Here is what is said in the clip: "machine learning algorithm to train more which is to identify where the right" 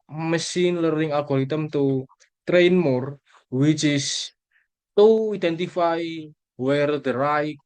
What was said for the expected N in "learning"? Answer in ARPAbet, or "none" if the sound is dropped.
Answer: none